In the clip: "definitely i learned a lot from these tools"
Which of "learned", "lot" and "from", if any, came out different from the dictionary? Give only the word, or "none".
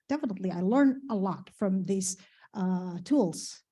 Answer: learned